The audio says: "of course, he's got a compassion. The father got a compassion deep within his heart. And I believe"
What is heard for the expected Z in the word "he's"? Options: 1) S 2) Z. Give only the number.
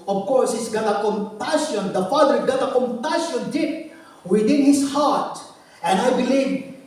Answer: 1